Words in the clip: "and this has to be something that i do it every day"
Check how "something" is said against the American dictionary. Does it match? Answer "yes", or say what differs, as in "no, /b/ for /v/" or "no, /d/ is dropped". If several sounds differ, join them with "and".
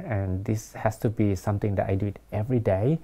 no, /t/ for /θ/